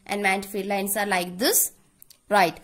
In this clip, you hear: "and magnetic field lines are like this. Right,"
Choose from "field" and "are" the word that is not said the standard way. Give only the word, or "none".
field